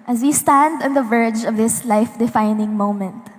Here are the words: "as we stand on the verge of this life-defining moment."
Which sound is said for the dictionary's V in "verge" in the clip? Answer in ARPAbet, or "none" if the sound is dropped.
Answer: V